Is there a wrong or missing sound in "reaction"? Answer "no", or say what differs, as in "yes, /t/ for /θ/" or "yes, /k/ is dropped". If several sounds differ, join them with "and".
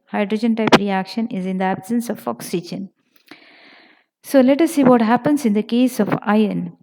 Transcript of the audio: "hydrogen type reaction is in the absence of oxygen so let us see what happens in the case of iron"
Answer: no